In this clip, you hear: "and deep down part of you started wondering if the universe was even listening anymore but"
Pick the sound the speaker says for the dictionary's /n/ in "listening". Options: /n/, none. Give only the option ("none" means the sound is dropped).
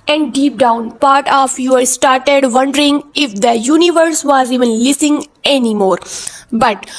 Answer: none